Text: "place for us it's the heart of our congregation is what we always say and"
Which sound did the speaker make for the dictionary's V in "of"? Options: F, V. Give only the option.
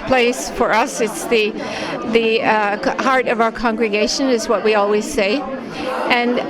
V